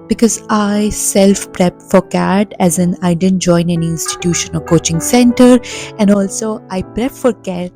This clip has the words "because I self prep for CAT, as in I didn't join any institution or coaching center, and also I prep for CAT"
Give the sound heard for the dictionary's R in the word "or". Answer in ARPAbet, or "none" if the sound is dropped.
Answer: L